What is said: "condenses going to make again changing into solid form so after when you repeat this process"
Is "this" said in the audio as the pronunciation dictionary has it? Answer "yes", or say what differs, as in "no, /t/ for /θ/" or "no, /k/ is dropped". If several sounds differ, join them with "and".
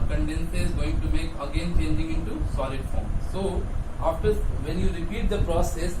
no, /s/ is dropped